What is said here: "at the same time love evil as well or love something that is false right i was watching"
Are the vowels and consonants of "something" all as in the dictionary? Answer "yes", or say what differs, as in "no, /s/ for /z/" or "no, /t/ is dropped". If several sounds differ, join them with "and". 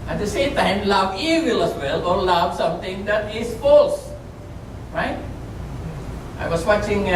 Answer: no, /t/ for /θ/